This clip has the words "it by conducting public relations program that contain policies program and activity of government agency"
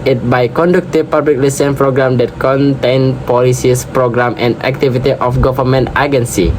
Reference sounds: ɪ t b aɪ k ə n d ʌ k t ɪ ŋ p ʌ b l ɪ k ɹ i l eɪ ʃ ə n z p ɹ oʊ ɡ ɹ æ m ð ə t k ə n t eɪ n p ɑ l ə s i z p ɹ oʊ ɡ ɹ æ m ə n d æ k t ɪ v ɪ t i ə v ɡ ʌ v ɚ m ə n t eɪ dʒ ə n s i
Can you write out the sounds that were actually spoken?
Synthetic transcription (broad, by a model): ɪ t b aɪ k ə n d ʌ k t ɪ p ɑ b l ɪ k l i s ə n p ɹ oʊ ɡ ɹ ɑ m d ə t k ə n t eɪ n p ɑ l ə s i s p ɹ oʊ ɡ ɹ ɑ m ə n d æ k t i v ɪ t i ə f ɡ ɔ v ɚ m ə n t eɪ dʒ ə n s i